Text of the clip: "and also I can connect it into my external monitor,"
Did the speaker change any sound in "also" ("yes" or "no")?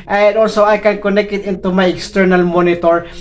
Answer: no